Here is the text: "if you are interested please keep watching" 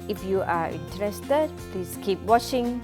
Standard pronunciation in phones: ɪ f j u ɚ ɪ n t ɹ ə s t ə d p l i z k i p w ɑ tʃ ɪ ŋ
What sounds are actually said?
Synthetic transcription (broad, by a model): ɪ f j u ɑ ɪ n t ɹ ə s t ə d p l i s k i p w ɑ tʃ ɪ ŋ